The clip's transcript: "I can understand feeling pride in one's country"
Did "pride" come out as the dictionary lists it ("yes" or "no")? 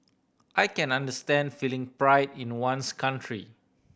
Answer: yes